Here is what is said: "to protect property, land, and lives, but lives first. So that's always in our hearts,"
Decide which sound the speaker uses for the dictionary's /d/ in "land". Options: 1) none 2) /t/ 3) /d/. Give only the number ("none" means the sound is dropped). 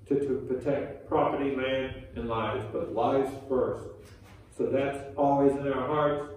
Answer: 1